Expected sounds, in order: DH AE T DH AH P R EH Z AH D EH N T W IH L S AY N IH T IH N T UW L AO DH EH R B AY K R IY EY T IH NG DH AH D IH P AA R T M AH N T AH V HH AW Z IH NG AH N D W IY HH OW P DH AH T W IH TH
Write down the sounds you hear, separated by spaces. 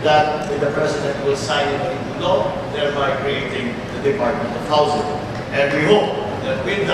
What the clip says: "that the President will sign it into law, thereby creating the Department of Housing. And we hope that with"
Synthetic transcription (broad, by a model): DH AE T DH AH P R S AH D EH T W IH L S AY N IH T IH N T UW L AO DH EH R B AY K R IY EY T IH NG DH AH D IH P AA R T M AH N T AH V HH AW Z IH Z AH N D W IY HH OW P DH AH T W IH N